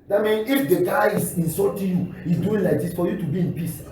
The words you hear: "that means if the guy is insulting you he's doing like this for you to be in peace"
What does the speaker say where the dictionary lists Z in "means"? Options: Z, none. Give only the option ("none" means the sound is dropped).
none